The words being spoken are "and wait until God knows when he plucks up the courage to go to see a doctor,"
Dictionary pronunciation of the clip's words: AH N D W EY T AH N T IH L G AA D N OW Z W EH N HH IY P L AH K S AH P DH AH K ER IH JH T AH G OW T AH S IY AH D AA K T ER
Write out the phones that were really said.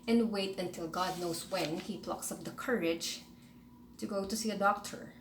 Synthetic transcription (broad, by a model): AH N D W EY T AH N T IH L G AA D N OW S W EH N HH IY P L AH K S AH P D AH K ER IH JH T AH G OW T AH S IY AH D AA K T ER